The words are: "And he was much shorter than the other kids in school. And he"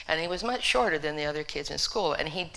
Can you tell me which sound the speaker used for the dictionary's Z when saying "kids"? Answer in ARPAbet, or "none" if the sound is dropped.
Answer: Z